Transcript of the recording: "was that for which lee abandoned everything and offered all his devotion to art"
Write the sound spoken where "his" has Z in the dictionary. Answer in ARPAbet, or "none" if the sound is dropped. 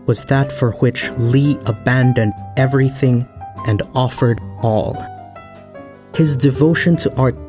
Z